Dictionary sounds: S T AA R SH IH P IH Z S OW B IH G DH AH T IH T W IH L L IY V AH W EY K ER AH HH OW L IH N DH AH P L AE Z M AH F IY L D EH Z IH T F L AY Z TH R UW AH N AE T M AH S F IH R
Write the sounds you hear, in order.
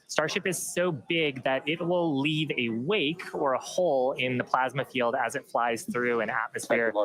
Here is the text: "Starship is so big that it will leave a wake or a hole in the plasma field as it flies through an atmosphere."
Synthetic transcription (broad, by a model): S T AA R SH IH P IH Z S OW B IH G DH AH T IH T W IH L L IY V AH W EY K ER AH HH OW L IH N DH AH P L AE Z M AH F IY L D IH Z IH T F L AY Z TH R UW AH N AE T M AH S F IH R